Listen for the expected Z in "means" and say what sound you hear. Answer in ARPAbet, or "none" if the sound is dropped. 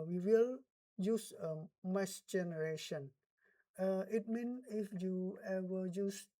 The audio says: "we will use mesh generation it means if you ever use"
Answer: none